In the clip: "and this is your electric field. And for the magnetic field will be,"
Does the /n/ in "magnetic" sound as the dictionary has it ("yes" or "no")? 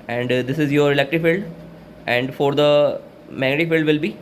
no